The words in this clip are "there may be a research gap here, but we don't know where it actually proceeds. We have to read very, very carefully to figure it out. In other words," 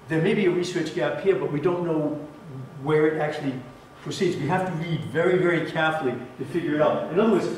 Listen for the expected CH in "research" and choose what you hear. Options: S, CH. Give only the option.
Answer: CH